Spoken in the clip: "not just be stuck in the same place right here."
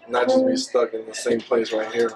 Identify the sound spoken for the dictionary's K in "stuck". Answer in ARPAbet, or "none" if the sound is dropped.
K